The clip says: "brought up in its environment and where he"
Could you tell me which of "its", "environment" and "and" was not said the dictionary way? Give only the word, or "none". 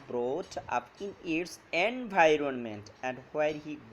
none